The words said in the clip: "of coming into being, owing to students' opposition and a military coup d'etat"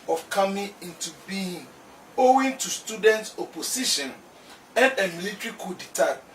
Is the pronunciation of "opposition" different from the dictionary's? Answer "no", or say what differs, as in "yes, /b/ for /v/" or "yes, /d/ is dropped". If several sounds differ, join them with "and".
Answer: yes, /s/ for /z/